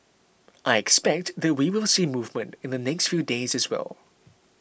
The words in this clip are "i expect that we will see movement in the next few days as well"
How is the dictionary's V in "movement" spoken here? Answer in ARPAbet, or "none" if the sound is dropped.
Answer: V